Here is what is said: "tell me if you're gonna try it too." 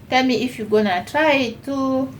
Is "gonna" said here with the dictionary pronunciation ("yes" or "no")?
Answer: yes